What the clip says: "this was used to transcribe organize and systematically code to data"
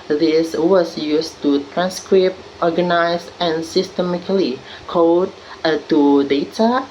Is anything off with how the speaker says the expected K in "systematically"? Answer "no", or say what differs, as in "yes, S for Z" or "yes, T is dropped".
yes, K is dropped